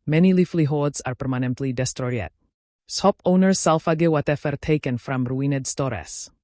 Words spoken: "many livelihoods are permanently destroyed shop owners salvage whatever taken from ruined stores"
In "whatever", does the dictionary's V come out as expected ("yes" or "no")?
no